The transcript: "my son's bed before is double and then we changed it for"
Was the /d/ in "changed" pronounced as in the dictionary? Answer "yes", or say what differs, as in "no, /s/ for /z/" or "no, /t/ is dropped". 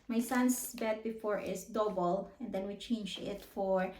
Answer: no, /d/ is dropped